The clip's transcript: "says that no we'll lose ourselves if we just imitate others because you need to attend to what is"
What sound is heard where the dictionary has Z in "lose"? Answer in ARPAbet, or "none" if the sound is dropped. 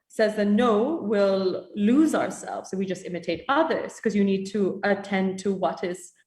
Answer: Z